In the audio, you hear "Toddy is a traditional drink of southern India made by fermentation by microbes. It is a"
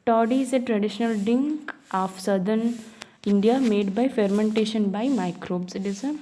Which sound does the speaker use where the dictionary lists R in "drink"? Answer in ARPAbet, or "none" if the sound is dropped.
none